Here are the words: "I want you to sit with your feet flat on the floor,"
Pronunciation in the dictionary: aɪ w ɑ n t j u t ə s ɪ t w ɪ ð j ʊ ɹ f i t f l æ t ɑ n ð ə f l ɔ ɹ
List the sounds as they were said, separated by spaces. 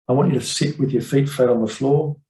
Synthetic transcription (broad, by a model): aɪ w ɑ n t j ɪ t ə s ɪ t w ɪ ð j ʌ ɹ f i t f ɛ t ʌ n ð ə f l ɔ ɹ